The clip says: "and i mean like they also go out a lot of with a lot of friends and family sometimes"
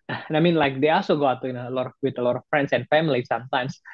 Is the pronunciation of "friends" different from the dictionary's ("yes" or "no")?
yes